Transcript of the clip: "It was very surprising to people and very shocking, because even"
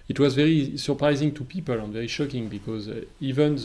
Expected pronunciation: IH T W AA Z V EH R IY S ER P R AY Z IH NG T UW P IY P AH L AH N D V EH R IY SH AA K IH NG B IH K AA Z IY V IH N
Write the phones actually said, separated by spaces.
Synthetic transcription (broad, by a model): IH T W AA Z V EH R IY S ER P R AY Z IH NG T UW P IY P AH L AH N V EH R IY SH AA K IH NG B IH K AA Z IY V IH N